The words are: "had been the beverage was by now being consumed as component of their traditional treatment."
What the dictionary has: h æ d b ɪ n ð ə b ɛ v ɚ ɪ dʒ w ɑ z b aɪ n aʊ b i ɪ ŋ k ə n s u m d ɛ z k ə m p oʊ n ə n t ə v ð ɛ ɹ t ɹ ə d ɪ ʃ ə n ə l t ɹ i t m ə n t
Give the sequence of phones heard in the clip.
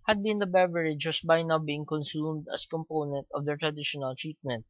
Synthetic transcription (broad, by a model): h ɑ d b ɪ n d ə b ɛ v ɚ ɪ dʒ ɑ s b aɪ n aʊ b i ɪ ŋ k ə n s u m d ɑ s k ə m p oʊ n ə n t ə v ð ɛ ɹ t ɹ ə d ɪ ʃ ə n ə l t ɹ i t m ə n t